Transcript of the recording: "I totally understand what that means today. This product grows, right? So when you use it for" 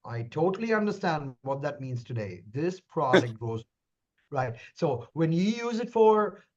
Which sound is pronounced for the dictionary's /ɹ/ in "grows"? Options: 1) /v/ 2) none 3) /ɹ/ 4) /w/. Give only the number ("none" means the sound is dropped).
2